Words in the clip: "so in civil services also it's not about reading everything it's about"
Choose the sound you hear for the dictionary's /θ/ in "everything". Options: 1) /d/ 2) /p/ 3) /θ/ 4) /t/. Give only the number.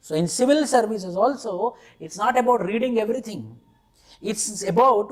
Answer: 4